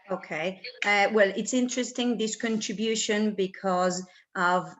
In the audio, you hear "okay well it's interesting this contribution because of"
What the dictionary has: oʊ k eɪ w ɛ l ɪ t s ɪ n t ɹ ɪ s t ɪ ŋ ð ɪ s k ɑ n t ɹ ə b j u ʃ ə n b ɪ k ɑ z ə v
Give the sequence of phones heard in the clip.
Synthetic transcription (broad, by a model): oʊ k eɪ w ɛ l ɪ t s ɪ n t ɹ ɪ s t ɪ ŋ ð ɪ s k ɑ n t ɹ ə b j u ʃ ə n b ɪ k ɑ z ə v